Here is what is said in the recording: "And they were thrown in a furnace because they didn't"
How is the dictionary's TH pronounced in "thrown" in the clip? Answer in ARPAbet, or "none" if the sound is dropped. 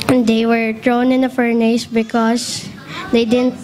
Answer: T